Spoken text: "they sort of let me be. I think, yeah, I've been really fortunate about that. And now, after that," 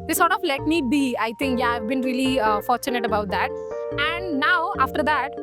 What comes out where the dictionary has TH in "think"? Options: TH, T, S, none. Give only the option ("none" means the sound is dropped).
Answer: T